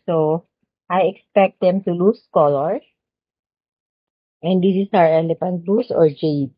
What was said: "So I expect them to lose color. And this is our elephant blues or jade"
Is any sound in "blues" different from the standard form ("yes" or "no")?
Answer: yes